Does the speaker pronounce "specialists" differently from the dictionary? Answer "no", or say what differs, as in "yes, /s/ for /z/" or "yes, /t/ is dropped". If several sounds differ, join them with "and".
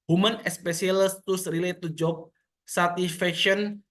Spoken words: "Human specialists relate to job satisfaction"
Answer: yes, /s/ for /ʃ/